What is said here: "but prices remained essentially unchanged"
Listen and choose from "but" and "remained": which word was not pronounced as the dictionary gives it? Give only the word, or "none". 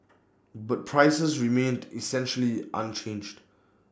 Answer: none